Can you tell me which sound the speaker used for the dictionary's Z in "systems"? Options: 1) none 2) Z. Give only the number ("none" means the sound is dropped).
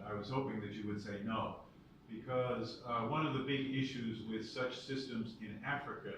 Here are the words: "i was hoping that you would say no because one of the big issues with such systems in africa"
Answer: 2